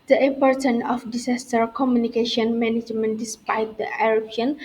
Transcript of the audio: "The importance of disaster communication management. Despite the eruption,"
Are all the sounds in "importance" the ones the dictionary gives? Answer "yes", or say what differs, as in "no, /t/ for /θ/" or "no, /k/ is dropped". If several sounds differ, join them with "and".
no, /s/ is dropped